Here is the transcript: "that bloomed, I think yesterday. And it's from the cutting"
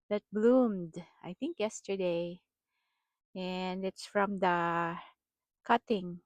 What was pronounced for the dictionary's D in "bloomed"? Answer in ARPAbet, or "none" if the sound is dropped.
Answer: D